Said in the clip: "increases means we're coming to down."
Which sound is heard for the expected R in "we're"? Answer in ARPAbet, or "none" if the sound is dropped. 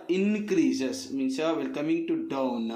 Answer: L